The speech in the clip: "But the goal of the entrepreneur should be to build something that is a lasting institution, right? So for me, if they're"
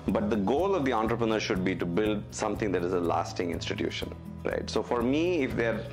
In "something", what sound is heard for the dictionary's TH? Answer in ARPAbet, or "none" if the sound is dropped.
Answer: T